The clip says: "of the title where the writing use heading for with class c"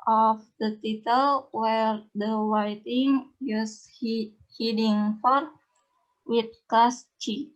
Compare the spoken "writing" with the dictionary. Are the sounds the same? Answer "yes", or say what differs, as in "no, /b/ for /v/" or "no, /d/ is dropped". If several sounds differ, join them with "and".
no, /w/ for /ɹ/